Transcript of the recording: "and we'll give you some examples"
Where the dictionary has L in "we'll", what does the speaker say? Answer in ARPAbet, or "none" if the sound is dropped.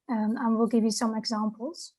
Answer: L